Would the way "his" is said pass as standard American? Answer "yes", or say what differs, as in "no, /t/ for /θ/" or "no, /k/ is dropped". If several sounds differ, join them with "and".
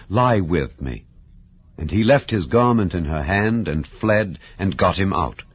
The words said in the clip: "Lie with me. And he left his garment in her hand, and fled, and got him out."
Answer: yes